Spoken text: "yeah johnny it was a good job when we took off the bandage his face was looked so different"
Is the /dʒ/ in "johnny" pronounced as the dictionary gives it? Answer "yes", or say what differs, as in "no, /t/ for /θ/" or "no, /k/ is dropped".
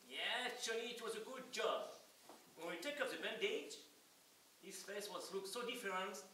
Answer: no, /tʃ/ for /dʒ/